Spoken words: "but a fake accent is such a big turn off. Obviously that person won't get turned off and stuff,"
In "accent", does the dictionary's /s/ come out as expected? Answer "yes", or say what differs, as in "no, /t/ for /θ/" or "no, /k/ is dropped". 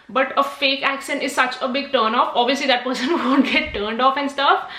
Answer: no, /ʃ/ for /s/